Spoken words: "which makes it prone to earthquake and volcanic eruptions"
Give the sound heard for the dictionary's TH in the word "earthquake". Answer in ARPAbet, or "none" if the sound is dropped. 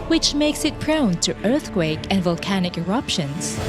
TH